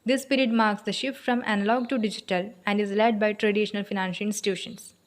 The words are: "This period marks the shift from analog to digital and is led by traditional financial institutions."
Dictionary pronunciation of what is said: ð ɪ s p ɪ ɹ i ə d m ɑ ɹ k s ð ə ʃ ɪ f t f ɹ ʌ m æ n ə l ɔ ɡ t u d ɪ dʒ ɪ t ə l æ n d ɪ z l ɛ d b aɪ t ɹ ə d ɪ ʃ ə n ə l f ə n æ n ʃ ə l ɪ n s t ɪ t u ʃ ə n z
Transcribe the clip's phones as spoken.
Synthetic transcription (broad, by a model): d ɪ s p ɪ ɹ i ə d m ɑ ɹ k s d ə ʃ ɪ f t f ɹ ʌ m æ n ə l ɔ ɡ t u d ɪ dʒ ɪ t ə l æ n d ɪ z l ɛ d b aɪ t ɹ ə d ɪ ʃ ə n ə l f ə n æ n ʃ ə l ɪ n s t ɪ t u ʃ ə n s